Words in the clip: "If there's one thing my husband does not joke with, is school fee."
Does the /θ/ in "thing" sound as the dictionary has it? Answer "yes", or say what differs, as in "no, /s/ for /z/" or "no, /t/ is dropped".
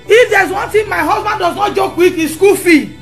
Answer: no, /t/ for /θ/